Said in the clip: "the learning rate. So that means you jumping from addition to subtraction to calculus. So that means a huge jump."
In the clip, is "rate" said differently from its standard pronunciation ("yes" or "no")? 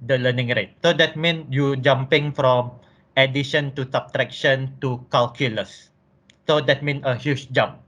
no